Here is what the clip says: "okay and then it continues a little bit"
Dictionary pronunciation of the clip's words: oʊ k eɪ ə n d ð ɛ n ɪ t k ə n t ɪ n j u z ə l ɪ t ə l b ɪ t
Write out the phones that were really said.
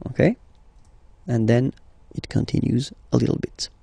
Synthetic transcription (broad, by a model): oʊ k eɪ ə n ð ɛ n ɪ t k ə n t ɪ n j u z ə l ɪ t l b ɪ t